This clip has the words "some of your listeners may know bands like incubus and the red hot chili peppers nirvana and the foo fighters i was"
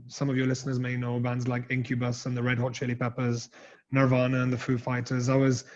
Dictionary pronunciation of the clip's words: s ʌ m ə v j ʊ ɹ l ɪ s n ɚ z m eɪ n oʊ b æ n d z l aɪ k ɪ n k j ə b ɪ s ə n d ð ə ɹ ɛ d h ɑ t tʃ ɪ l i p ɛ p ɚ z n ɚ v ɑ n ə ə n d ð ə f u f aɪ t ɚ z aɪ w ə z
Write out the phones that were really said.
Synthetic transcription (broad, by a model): s ʌ m ə v j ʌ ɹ l ɪ s n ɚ z m eɪ n oʊ b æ n d z l aɪ k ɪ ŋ k j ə b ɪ s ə n ð ə ɹ ɛ d h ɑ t tʃ ɪ l i p ɛ p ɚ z n ɚ v ɑ n ə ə n ð ə f u f aɪ t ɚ z aɪ w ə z